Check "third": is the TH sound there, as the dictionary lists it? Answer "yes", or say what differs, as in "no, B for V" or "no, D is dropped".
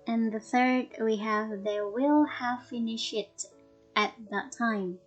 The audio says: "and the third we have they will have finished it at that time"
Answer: yes